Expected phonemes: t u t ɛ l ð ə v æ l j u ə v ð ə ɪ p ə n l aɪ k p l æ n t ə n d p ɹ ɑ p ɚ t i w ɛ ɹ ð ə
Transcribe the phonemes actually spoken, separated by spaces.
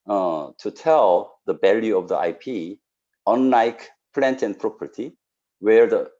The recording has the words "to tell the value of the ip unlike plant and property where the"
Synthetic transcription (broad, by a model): t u t ɛ l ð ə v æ l j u ə v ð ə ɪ p ə n l aɪ k p l æ n t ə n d p ɹ ɑ p ɚ t i w ɛ ɹ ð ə